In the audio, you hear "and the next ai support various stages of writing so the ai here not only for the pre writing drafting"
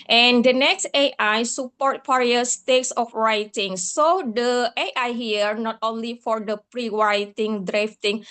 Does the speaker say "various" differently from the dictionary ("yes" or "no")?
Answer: yes